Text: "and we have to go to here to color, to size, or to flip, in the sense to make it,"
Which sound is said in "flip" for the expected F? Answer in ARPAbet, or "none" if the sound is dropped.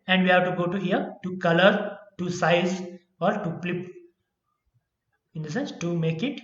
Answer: P